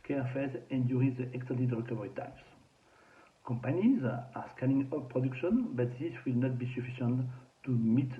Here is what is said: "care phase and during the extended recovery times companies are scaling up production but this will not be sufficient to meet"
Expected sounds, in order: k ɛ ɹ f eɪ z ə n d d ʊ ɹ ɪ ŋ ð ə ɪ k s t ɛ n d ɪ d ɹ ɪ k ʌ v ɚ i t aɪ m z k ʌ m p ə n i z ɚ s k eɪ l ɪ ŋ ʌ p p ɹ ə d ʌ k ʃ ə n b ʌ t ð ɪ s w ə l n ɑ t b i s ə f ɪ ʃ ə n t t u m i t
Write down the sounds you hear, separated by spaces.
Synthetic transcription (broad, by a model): k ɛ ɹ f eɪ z ə n d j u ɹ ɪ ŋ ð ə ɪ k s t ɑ d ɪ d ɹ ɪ k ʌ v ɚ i t aɪ m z k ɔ m p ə n i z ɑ s k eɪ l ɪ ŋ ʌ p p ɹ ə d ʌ k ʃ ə n b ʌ t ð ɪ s w ə l n ɑ t b i s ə f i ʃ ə n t t u m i t